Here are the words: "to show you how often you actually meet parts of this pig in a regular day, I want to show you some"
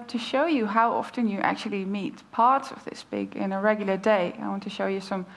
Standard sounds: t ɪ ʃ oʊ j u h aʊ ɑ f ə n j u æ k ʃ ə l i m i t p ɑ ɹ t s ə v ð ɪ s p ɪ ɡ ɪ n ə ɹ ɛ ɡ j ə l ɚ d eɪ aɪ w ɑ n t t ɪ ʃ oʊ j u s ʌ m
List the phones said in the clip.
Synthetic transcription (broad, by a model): t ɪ ʃ oʊ j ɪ h aʊ ɑ f ə n j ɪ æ k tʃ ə l i m i t p ɑ ɹ t s ə v ð ɪ s b ɪ ɡ ɪ n ə ɹ ɛ ɡ j l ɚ d eɪ aɪ w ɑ n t t ɪ ʃ oʊ j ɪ s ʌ m